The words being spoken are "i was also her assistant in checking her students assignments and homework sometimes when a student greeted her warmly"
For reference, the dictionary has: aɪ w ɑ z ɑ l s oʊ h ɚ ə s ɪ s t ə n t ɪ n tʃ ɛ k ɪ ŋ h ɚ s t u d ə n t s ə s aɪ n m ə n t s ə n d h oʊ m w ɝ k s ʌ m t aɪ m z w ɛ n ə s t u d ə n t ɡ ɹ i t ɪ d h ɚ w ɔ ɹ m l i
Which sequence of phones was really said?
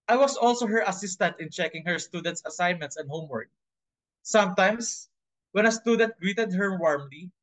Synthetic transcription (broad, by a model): aɪ w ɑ s ɑ l s oʊ h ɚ ə s ɪ s t ə n t ɪ n tʃ ɛ k ɪ ŋ h ɚ s t u d ə n t s ə s aɪ n m ə n t s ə n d h oʊ m w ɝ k s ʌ m t aɪ m s w ɛ n ə s t u d ə n t ɡ ɹ i t ɪ d h ɚ w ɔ ɹ m l i